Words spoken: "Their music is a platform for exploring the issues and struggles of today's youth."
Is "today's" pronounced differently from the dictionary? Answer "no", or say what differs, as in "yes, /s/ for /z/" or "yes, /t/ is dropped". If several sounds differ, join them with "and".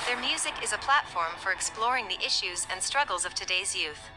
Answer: no